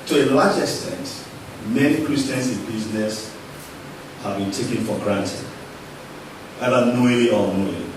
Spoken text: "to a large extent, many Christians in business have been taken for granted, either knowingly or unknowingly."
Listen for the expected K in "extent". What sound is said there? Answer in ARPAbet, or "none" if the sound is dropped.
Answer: K